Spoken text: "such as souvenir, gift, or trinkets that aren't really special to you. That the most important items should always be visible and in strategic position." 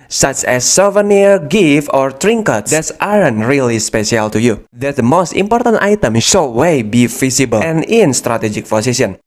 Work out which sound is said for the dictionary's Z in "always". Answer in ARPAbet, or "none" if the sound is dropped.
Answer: none